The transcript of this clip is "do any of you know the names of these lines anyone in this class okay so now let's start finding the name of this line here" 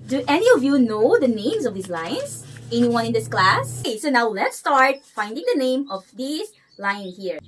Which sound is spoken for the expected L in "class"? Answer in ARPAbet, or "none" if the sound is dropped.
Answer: L